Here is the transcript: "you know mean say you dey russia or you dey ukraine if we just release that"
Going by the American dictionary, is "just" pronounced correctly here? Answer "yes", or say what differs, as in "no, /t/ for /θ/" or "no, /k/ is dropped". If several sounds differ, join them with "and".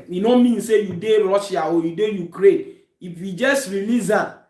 yes